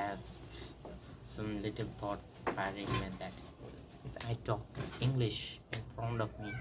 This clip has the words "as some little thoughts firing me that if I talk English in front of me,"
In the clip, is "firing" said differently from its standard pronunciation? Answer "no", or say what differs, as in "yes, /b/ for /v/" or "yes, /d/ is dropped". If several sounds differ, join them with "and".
yes, /p/ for /f/